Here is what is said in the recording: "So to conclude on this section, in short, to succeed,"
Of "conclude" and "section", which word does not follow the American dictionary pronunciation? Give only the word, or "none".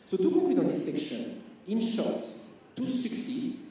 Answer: conclude